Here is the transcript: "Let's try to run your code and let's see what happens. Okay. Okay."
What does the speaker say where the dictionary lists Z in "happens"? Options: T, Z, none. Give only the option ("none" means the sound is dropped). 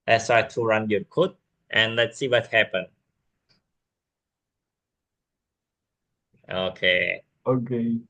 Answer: none